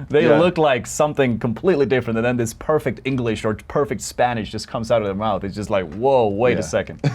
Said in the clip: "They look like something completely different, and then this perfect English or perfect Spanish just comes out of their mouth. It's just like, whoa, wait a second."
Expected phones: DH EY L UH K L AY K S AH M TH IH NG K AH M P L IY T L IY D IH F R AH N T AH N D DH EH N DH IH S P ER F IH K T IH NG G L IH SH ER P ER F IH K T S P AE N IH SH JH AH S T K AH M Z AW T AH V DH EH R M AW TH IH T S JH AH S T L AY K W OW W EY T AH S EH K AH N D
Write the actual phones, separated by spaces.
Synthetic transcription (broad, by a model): DH EY L UH K L AY K S AH M TH IH NG K AH M P L IY T L IY D IH F R AH N T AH N DH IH N DH IH S P ER F IH K T IH NG G L IH SH ER P ER F IH K T S P AE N IH SH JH AH S K AH M Z AW T AH V DH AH R M AW TH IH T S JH AH S T L AY K W OW W EY T AH S EH K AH N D